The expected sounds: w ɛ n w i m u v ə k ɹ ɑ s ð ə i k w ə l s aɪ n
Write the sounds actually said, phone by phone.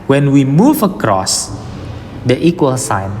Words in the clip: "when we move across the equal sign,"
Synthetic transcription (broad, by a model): w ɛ n w i m u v ə k ɹ ɑ s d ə i k w ə l s aɪ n